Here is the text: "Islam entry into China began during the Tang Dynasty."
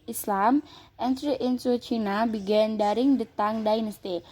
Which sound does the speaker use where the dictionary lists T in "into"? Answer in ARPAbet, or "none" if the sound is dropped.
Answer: S